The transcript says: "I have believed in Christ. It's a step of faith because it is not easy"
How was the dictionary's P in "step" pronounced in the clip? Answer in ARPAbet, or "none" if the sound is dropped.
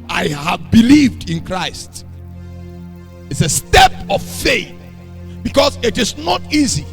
P